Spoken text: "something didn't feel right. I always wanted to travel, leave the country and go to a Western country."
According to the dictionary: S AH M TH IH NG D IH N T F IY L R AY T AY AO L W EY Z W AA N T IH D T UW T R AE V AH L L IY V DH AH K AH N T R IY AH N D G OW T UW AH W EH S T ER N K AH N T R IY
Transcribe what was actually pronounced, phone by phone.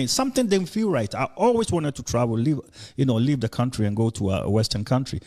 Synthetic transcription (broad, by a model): S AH M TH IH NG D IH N F IY L R AY T AY AO L W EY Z W AA N T IH D T UW T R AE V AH N L IY V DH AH K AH N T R IY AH N G OW T UW AH W EH S T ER N K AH N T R IY